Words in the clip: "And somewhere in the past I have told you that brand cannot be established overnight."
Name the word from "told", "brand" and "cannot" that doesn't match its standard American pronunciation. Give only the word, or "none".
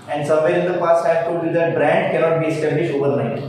told